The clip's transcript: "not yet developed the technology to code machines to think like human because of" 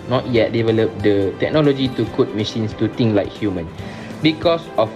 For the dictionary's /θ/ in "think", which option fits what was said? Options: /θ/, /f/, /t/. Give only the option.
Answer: /t/